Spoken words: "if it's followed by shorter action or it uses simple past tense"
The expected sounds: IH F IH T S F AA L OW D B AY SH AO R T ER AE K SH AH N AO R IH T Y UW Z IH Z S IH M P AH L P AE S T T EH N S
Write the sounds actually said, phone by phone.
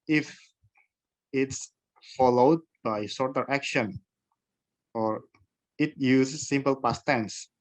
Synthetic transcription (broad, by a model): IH F IH T S F AA L OW D B AY S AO R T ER AE K SH AH N AO R IH T Y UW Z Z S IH M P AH L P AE S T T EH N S